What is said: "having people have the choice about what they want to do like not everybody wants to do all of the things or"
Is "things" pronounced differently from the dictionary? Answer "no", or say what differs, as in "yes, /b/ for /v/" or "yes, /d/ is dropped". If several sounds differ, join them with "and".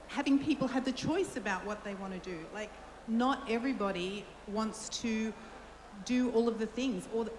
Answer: no